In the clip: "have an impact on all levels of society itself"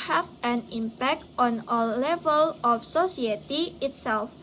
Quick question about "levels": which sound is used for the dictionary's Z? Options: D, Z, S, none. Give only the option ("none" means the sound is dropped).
none